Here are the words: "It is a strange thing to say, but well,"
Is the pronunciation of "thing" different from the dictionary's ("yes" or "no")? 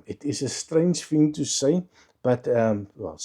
yes